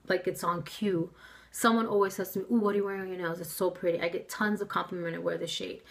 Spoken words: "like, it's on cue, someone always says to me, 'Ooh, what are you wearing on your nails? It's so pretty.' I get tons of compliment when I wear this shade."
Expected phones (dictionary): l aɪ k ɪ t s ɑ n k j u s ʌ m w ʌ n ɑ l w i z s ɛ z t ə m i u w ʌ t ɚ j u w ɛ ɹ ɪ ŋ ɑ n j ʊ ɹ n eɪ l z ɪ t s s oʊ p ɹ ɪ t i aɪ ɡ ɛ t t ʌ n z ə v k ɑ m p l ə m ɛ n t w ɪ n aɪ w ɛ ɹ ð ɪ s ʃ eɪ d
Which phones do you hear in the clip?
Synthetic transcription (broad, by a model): l aɪ k ɪ t s n k j u s ʌ m w ʌ n ɑ l w i z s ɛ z t ə m i u w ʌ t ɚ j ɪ w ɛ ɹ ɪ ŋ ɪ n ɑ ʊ z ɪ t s s oʊ p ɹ ɪ t i aɪ ɡ ɛ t t ʌ n z ə v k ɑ m p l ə m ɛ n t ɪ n w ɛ ɹ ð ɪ ʃ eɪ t